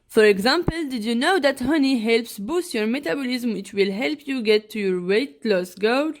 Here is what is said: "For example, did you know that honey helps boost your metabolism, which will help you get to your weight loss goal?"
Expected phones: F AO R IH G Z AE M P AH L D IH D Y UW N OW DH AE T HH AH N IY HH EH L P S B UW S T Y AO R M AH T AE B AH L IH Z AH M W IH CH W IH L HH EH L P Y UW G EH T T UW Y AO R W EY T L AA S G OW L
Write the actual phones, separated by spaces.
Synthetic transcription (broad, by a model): F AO R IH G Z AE M P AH L D IH D Y UW N OW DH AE T HH AH N IY HH EH L P S B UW S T Y AO R M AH T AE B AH L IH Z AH M W IH CH W IH L HH EH L P Y UW G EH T T UW Y AO R W EY T L AA S G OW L